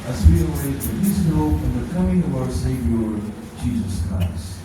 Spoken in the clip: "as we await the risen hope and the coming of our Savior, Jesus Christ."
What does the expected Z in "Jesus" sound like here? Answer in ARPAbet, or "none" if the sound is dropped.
Z